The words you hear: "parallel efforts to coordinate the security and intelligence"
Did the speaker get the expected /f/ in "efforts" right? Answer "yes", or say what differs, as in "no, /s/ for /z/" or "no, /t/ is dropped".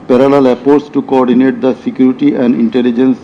no, /p/ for /f/